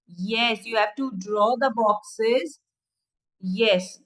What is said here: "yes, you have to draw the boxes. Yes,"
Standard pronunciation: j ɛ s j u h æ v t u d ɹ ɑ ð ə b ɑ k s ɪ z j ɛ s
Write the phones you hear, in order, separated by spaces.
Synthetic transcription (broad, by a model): j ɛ s j u h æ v t u d ɹ ɑ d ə b ɑ k s ɪ z j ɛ s